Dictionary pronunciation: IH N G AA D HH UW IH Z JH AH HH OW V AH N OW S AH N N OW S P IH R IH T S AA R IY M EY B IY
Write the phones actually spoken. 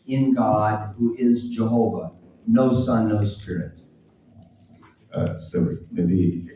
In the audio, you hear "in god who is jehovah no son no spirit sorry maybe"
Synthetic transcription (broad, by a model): IH N G AA D HH UW IH Z JH AH HH OW V AH N OW S AH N N OW S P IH R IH T S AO IY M EY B IY